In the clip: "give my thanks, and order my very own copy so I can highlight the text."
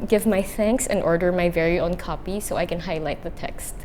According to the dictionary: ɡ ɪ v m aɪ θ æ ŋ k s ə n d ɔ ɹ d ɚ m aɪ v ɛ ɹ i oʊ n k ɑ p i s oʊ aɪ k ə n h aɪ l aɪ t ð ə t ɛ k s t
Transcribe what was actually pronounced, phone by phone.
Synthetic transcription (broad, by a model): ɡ ɪ v m aɪ θ æ ŋ k s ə n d ɔ ɹ d ɚ m aɪ v ɛ ɹ i oʊ n k ɑ p i s oʊ aɪ k ə n h aɪ l aɪ t ð ə t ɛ k s t